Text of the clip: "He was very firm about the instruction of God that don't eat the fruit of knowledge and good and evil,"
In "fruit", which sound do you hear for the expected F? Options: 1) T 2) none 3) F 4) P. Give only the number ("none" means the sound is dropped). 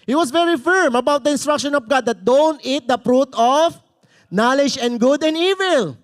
4